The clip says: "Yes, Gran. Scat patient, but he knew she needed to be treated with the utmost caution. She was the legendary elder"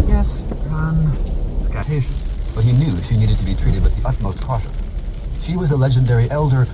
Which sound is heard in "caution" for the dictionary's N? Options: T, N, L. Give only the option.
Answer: L